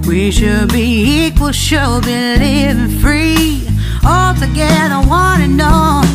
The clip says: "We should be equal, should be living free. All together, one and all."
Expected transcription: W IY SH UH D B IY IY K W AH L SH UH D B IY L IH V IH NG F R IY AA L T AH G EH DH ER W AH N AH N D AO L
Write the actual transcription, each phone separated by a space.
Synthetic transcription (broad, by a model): W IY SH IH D B IY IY K W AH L SH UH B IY N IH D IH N F R IY AA L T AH G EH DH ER W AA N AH N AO